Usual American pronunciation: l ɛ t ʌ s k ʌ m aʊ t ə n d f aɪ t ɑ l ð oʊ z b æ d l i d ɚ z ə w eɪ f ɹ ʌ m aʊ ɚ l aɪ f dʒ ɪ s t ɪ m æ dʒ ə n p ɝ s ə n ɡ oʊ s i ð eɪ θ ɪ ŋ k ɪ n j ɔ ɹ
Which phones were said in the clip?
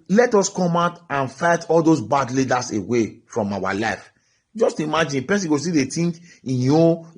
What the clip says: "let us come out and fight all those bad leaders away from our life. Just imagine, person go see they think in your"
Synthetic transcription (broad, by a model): l ɛ t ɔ s k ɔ m aʊ t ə n f aɪ t ɑ l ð oʊ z b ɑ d l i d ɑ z ə w eɪ f ɹ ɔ m aʊ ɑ l aɪ f dʒ ɪ s t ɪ m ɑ dʒ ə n p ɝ s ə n ɡ oʊ s i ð eɪ t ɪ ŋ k ɪ n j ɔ